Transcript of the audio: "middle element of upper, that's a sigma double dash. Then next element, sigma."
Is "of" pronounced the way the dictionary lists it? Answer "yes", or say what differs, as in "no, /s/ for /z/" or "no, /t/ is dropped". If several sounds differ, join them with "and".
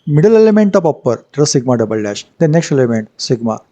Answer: no, /p/ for /v/